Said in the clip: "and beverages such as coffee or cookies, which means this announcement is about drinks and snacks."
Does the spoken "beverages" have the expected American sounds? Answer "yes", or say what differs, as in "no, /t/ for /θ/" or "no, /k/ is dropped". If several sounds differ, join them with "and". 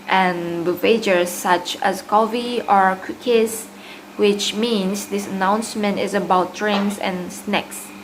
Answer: no, /ɹ/ is dropped